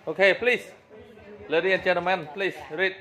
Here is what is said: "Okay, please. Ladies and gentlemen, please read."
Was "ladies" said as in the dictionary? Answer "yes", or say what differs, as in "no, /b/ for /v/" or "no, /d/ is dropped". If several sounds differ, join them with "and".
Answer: no, /z/ is dropped